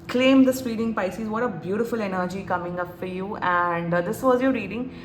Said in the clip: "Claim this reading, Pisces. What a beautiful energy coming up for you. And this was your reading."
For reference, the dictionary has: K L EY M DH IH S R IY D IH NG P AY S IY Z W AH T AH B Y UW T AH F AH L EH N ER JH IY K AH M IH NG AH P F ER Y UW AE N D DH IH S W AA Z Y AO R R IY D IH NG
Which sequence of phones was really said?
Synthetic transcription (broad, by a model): K L EY M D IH S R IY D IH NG P AY S IY Z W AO T AH B Y UW T AH F AH L EH N ER JH IY K AH M IH NG AH P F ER Y UW AE N D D IH S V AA Z Y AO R R IY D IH NG